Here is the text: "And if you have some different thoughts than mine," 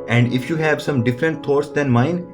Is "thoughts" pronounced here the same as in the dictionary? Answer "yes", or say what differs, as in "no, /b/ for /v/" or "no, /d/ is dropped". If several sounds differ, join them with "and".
no, /t/ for /θ/